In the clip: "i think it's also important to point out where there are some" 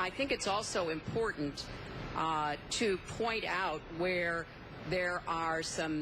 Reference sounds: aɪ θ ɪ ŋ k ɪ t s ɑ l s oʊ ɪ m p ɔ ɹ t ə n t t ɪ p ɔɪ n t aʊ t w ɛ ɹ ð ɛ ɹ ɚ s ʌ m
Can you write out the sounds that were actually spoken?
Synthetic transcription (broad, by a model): aɪ θ ɪ ŋ k ɪ t s ɑ l s oʊ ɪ m p ɔ ɹ t n t t ɪ p ɔɪ n t aʊ t w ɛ ɹ ð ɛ ɹ ɚ s ʌ m